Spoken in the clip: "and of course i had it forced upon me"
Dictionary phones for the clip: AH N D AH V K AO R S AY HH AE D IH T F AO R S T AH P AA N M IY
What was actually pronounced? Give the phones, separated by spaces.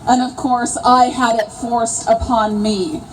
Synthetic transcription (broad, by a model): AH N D AH V K AO R S AY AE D IH T F AO R S AH P AA N M IY